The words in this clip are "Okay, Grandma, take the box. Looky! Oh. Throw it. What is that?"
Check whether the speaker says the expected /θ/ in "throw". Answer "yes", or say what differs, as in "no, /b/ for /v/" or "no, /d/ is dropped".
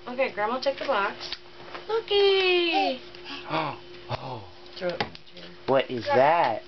no, /t/ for /θ/